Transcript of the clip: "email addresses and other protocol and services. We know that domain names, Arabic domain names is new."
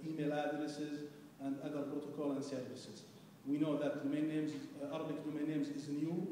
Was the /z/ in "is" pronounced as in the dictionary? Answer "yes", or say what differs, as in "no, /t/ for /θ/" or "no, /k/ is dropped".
yes